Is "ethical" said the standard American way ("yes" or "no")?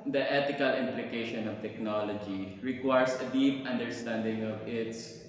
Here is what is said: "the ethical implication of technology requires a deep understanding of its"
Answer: no